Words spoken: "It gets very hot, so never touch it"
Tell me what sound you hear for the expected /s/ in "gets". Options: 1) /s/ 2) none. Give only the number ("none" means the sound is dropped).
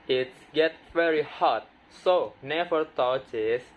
2